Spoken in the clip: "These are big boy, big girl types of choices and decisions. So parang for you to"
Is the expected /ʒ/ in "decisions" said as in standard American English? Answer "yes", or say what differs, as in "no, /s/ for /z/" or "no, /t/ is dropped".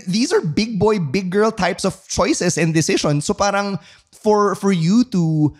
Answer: no, /ʃ/ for /ʒ/